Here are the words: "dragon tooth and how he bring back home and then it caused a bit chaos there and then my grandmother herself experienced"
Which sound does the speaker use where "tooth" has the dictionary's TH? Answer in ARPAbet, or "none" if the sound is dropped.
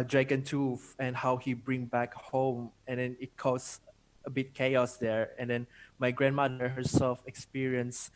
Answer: F